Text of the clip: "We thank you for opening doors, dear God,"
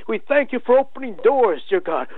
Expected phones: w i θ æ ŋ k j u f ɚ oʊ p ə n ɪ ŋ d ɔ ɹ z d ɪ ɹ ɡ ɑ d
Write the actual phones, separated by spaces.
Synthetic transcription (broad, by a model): w i θ æ ŋ k j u f ɚ oʊ p ə n ɪ ŋ d ɔ ɹ z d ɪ ɹ ɡ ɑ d